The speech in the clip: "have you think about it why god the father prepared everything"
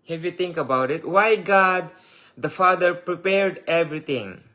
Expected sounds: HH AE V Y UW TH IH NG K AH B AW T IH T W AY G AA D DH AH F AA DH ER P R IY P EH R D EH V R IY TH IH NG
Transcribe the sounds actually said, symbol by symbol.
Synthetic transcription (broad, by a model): HH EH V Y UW T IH NG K AH B AW T IH T W AY G AA D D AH F AA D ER P R IY P EH R D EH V R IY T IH NG